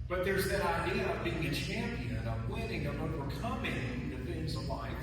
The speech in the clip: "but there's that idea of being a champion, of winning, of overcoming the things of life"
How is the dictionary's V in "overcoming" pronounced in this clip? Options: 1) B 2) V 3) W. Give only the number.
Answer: 3